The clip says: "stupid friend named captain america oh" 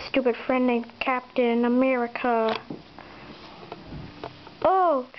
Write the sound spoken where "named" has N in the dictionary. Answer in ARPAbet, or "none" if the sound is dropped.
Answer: L